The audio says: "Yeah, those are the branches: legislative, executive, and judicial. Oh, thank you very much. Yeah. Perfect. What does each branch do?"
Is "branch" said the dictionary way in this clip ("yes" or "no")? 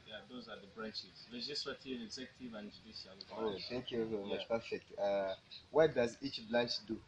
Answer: no